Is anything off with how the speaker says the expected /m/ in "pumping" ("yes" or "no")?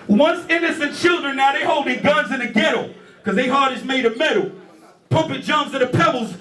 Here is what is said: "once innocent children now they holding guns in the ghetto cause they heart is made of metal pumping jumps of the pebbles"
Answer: yes